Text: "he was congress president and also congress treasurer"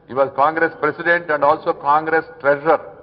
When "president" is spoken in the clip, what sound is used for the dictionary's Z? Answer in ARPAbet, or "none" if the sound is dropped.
S